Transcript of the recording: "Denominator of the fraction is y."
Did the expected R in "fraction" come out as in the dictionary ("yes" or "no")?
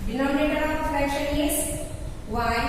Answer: no